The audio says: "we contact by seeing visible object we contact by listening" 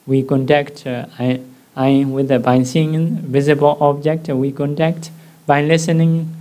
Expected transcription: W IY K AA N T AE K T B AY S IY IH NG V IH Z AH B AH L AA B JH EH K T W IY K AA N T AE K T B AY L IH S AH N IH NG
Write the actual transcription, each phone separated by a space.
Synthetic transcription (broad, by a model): W IY K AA N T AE K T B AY S IY IH NG V IH Z AH B AH L AA B JH EH K T W IY K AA N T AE K T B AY L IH S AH N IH NG